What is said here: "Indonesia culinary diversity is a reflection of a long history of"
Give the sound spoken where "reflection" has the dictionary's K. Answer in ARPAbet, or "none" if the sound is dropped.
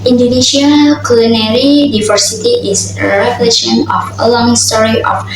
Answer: none